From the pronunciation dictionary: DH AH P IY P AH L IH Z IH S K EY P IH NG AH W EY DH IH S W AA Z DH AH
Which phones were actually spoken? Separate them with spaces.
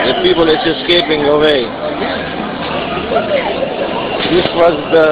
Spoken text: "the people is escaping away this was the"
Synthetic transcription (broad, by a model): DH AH P IY P AH L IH S IH S K EY P IH NG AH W EY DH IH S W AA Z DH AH